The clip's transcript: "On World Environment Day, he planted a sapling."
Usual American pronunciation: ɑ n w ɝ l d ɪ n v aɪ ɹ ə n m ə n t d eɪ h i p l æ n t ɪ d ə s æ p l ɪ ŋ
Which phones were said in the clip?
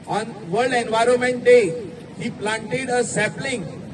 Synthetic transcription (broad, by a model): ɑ n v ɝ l d ɪ n v aɪ ɹ ə n m ə n t d eɪ h i p l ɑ n t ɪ d ə s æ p l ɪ ŋ